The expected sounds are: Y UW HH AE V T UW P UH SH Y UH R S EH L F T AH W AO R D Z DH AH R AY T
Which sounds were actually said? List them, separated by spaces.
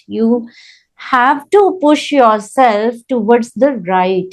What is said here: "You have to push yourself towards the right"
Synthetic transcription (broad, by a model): Y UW HH AE V T UW P UH SH Y UH R S EH L F T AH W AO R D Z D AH R AY T